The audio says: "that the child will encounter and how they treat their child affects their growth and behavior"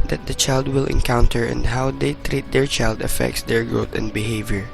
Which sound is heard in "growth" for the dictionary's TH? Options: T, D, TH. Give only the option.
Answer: T